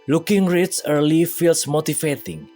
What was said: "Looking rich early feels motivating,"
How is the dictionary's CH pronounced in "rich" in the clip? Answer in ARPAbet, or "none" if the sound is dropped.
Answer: S